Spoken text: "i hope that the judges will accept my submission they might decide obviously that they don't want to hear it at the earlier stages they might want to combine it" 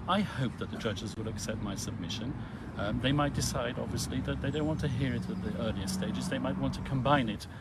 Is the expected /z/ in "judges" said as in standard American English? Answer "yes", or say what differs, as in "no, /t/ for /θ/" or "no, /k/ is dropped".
yes